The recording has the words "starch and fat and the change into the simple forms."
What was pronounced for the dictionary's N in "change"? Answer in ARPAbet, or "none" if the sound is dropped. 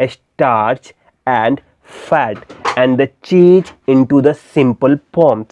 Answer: none